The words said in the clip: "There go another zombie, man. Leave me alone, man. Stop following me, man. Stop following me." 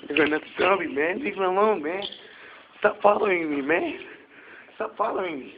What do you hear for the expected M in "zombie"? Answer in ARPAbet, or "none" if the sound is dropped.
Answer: none